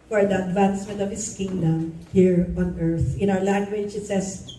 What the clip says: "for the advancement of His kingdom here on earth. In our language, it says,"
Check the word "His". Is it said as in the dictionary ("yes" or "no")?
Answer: no